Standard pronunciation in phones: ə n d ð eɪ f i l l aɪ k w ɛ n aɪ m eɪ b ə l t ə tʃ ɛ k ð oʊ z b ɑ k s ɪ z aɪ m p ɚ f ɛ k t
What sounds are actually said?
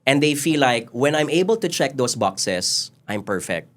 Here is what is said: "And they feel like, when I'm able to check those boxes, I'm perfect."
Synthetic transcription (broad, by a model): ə n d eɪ f i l l aɪ k w ɛ n aɪ m eɪ b ə l t ə tʃ ɛ k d oʊ s b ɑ k s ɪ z aɪ m p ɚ f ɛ k t